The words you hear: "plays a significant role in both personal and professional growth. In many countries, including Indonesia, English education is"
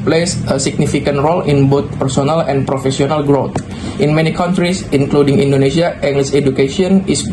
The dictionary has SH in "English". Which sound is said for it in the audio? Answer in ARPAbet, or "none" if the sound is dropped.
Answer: S